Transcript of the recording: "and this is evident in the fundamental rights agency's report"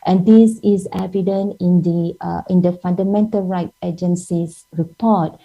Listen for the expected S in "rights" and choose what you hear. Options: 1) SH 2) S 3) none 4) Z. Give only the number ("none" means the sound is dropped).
3